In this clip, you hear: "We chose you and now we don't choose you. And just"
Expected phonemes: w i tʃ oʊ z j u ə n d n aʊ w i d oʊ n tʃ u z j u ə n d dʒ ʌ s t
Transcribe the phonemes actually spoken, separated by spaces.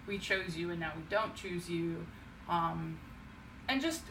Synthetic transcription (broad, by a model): w i tʃ oʊ z j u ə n n aʊ w i d oʊ n tʃ u z j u ə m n dʒ ʌ s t